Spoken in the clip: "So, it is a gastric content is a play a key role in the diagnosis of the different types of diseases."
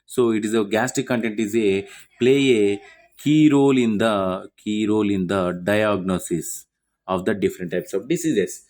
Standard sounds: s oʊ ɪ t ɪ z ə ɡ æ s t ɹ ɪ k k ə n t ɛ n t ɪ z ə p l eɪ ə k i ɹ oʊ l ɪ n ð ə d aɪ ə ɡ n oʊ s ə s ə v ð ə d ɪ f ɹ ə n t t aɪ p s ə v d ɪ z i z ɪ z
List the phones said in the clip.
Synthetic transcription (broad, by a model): s oʊ ɪ t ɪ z ə ɡ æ s t ɪ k k ə n t ɛ n t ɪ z ə p l eɪ ə k i ɹ oʊ l ɪ n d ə d aɪ ə ɡ n oʊ s ə s ə v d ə d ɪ f ɹ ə n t t aɪ p s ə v d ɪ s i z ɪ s